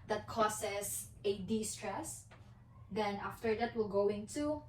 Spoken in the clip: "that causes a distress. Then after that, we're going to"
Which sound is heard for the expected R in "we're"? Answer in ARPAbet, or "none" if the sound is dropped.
L